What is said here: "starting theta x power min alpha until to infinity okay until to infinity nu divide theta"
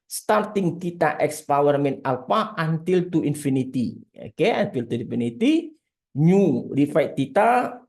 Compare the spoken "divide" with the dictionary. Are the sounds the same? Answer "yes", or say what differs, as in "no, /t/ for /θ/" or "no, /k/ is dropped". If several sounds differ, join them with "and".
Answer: no, /f/ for /v/